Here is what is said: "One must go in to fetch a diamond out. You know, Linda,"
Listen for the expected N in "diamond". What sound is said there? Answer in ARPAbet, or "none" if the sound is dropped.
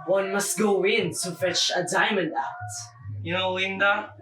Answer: N